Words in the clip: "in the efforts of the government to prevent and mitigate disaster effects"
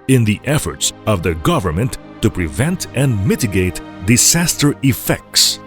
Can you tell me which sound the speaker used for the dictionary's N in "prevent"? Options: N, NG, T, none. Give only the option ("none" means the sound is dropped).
N